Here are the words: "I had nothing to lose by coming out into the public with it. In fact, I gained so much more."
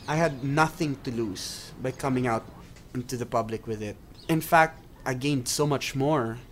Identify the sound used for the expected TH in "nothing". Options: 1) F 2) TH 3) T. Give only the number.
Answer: 2